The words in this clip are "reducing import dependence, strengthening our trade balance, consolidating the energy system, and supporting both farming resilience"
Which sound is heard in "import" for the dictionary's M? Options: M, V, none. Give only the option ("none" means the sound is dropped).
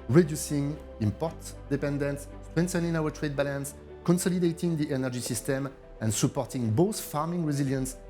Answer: M